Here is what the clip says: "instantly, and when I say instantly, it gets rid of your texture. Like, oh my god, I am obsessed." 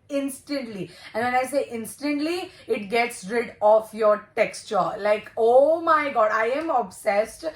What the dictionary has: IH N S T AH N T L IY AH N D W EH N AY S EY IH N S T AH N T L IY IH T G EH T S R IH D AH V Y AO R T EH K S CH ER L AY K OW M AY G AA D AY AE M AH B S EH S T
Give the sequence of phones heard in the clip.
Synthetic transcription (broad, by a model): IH N S T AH N T L IY AH N D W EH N AY S EY IH N S T AH N T L IY IH T G EH T S R IH D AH F Y AO R T EH K S CH ER L AY K OW M AY G AA D AY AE M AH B S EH S T